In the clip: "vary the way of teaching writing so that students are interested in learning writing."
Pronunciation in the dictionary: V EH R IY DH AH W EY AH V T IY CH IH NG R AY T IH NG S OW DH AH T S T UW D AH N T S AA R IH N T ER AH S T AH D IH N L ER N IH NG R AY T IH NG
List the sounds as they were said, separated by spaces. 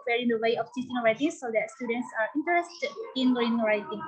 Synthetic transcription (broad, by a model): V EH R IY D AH W EY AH F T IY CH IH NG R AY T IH S OW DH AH T S T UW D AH N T S AA R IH N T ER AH S T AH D IH N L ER IH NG R AY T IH NG